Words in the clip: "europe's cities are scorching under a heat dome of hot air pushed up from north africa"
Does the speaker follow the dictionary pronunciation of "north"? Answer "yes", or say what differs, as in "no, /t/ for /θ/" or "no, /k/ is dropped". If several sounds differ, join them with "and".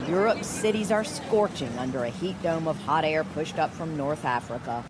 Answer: yes